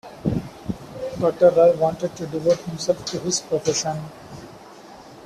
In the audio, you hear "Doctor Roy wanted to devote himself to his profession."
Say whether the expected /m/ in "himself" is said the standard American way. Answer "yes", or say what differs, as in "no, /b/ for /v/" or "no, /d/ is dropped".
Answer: yes